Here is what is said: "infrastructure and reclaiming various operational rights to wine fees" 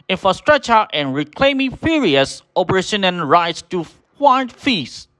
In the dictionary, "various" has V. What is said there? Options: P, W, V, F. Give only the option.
F